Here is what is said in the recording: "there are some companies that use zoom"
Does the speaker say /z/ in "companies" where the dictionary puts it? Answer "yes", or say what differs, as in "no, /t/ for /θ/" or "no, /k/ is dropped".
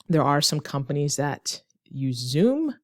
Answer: yes